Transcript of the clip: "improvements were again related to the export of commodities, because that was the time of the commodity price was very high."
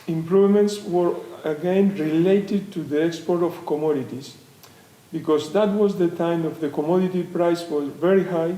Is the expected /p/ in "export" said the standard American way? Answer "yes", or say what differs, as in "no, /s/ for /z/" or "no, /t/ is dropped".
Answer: yes